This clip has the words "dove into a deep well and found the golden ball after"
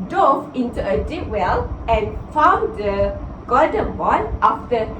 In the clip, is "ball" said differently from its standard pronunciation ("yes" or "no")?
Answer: yes